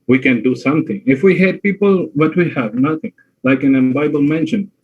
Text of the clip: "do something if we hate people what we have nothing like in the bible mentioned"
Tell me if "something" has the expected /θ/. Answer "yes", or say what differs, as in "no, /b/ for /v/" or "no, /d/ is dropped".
no, /t/ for /θ/